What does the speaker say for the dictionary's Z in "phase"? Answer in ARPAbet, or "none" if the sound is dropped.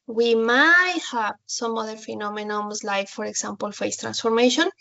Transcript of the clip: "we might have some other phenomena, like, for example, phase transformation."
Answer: S